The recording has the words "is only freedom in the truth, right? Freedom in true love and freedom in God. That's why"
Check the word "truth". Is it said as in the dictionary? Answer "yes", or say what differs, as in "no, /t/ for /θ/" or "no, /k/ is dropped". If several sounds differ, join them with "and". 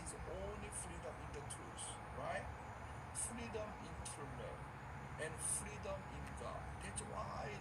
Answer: no, /s/ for /θ/